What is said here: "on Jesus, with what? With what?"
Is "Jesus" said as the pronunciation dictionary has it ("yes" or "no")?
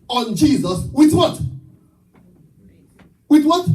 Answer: yes